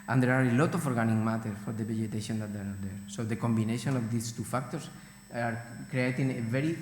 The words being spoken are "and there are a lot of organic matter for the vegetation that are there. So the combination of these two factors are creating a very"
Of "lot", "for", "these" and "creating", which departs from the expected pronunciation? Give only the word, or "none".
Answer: these